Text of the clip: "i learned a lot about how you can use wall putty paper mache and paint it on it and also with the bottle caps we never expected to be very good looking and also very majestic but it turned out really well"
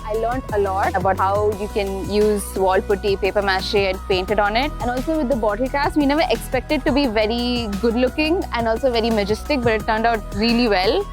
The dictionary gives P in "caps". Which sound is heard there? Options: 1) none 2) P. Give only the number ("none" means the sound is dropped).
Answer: 1